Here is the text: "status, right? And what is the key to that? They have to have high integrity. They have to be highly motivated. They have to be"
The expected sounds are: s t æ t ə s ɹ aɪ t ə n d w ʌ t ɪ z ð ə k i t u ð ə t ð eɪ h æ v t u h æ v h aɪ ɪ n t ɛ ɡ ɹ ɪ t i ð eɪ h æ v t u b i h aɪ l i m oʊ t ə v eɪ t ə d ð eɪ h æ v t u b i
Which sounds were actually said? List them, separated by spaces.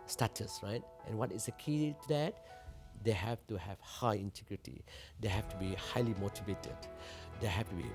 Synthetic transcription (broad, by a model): s t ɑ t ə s ɹ aɪ t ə n w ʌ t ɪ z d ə k i t u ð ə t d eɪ h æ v t u h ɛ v h aɪ ɪ n t ɛ ɡ ɹ ɪ t i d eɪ h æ f t u b i h aɪ l i m oʊ t ə v eɪ t ə d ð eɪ h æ f t u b i